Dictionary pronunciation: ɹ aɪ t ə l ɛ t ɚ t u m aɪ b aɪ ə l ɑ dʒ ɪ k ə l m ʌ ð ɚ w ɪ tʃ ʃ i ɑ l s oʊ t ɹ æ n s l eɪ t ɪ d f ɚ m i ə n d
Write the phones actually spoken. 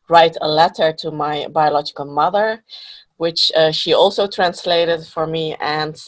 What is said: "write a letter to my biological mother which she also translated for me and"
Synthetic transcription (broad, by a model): ɹ aɪ t ə l ɛ t ɚ t u m aɪ b aɪ ə l ɑ dʒ ɪ k ə l m ʌ ð ɚ w ɪ tʃ ʃ i ɑ l s oʊ t ɹ æ n s l eɪ t ɪ d f ɚ m i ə n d